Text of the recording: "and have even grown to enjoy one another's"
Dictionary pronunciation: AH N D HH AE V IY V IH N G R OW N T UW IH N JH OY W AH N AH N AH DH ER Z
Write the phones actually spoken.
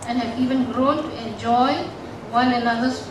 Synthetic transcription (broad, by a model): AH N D HH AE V IY V IH N G R OW N T UW IH N JH OY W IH L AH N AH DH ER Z